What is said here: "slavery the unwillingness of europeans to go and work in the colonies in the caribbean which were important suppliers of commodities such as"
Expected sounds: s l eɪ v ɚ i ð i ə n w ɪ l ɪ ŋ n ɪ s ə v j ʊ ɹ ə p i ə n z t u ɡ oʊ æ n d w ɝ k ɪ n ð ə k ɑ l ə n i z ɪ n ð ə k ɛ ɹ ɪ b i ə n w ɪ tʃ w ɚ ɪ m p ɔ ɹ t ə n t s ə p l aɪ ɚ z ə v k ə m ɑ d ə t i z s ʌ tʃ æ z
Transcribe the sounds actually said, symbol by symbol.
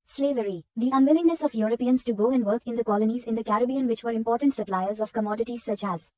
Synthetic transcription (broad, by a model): s l eɪ v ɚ i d i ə n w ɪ l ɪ ŋ n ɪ s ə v j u ɹ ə p i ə n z t u ɡ oʊ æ n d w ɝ k ɪ n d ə k ɑ l ə n i z ɪ n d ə k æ ɹ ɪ b i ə n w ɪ tʃ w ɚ ɪ m p ɔ ɹ t ə n t s ə p l aɪ ɚ z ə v k ə m ɑ d ə t i z s ʌ tʃ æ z